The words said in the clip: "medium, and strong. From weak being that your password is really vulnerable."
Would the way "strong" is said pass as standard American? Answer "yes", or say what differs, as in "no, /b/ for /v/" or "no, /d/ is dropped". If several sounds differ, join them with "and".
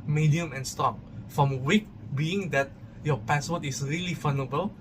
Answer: no, /ɹ/ is dropped